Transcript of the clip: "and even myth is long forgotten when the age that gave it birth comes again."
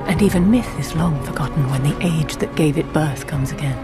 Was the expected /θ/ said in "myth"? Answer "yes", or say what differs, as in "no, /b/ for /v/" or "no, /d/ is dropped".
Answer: yes